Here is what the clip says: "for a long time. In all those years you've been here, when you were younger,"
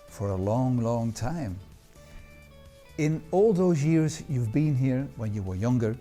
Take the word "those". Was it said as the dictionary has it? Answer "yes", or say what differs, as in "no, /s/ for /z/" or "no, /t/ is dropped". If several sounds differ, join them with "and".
yes